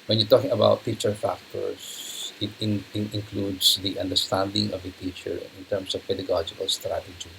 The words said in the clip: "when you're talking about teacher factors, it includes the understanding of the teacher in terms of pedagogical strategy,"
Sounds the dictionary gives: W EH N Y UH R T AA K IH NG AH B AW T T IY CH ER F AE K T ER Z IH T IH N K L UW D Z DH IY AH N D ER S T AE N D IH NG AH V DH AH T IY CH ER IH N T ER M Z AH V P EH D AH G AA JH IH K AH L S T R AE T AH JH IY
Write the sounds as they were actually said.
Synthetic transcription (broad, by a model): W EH N Y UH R T AA K IH NG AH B AW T T IY CH ER F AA K T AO S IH T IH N K L UW D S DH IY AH N D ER S T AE N D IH NG AH V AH T IY CH ER IH N T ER M S AH V P EH D AH G AA JH IH K AH L S T R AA T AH JH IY